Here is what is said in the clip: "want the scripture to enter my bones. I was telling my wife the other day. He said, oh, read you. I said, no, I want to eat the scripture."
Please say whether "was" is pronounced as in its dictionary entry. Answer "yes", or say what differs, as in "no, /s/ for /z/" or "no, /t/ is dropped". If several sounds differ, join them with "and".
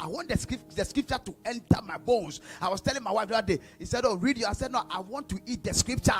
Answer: no, /s/ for /z/